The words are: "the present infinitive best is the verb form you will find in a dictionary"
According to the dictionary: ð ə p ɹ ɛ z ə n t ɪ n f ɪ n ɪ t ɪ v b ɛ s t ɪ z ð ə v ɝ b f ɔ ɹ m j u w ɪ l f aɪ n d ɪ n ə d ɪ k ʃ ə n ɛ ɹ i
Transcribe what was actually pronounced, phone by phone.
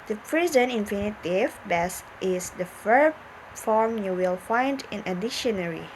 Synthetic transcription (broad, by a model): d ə p ɹ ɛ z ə n ɪ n f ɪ n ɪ t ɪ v b ɛ s t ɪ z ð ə f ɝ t f ɔ ɹ m j u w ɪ l f aɪ n d ɪ n ə d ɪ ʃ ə n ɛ ɹ i